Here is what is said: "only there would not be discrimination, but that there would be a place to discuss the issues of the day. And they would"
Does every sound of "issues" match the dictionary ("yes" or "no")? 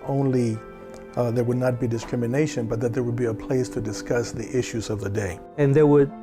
yes